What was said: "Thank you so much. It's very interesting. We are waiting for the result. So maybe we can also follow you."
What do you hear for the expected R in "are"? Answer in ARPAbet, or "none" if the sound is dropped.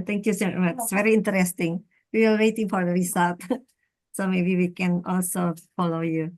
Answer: L